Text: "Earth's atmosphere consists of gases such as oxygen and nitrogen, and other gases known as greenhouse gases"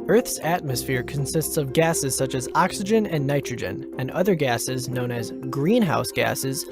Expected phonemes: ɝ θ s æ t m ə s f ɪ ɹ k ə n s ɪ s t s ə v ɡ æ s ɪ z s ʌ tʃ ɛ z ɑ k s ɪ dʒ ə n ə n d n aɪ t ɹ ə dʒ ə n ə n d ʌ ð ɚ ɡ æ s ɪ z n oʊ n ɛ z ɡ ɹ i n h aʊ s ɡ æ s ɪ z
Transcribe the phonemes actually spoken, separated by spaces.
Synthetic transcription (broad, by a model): ɝ θ s æ t m ə s f ɪ ɹ k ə n s ɪ s t s ə v ɡ æ s ɪ z s ʌ tʃ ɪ z ɑ k s ɪ dʒ ə n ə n n aɪ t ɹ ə dʒ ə n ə n ʌ ð ɚ ɡ æ s ɪ z n oʊ n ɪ z ɡ ɹ i n h aʊ s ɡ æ s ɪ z